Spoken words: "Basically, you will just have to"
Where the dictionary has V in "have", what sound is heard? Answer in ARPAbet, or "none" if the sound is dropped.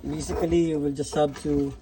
B